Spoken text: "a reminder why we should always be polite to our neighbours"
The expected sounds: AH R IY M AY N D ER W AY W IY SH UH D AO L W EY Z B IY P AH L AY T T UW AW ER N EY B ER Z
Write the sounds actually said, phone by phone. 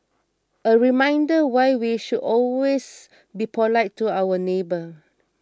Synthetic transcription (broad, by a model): AH R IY M AY N D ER W AY W IY SH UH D AO L W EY S B IY P AH L AY T T UW AW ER N EY B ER